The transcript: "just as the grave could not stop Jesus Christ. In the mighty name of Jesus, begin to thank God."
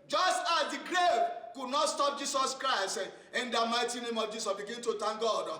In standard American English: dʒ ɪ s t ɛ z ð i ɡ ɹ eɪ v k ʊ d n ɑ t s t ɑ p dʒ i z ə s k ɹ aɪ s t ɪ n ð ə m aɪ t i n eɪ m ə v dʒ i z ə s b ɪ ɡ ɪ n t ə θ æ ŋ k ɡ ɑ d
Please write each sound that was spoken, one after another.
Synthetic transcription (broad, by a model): dʒ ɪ s t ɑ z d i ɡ ɹ eɪ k k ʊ d n ɑ t s t ɑ p dʒ i s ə s k ɹ aɪ s t ɪ n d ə m aɪ t i n eɪ m ə v dʒ i s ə s b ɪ ɡ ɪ n t ə t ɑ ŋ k ɡ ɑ d